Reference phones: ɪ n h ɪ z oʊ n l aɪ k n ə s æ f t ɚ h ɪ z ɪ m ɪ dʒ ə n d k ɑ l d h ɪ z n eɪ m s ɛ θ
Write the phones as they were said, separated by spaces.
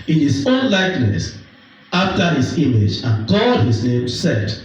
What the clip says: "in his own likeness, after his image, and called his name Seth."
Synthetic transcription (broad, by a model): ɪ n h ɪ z oʊ n l aɪ k n ə s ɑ f t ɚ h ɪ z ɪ m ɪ dʒ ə n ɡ ɑ d h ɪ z n eɪ m s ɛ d